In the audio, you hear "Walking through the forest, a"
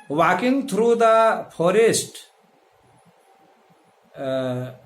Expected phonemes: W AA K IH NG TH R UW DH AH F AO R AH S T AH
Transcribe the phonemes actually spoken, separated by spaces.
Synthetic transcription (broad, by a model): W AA K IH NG T R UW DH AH F AO R AH S T